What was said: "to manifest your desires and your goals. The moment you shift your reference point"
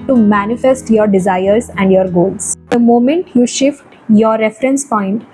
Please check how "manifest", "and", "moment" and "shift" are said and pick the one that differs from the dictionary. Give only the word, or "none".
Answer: none